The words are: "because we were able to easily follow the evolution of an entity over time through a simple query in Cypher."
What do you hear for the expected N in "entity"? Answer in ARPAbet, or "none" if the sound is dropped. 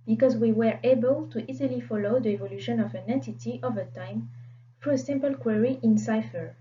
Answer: none